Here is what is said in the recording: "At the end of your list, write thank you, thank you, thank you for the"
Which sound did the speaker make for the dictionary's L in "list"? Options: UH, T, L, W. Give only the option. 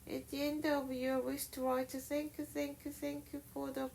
W